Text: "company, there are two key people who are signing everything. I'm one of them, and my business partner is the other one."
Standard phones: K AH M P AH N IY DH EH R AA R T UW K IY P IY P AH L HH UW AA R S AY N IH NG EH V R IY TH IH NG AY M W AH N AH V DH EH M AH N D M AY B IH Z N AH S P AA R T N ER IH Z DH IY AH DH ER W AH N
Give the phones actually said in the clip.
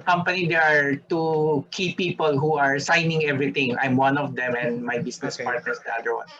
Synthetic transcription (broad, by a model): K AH M P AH N IY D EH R AA R T UW K IY P IY P AH L HH UW AA R S AY N IH NG EH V R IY T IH NG AY M W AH N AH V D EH M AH N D M AY B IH S N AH S P AA R T N ER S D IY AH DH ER W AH N